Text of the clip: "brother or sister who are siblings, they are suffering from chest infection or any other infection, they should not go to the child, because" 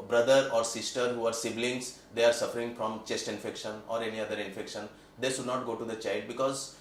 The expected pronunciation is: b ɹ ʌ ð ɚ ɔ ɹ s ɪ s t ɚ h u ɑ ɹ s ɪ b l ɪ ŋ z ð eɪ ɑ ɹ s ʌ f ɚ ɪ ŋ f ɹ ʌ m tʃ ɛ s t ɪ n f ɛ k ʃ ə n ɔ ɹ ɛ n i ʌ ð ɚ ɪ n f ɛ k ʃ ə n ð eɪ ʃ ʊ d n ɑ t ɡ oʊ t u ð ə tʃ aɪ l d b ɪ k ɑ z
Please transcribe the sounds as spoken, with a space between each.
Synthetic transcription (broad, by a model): b ɹ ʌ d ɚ ɔ ɹ s ɪ s t ɚ h u ɑ ɹ s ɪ b l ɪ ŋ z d eɪ ɑ ɹ s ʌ f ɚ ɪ ŋ f ɹ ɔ m tʃ ɛ s t ɪ n f ɛ k ʃ ə n ɔ ɹ ɛ n i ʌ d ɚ ɪ n f ɛ k ʃ ə n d eɪ ʃ ʊ d n ɑ t ɡ oʊ t u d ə tʃ aɪ l d b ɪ k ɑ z